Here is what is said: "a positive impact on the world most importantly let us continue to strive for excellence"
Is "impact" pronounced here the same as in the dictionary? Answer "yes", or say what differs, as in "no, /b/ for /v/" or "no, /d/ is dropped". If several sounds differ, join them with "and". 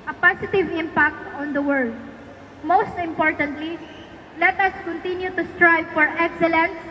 yes